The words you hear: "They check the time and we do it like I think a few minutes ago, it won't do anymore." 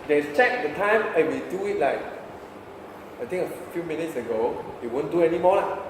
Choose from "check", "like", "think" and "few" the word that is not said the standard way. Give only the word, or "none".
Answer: think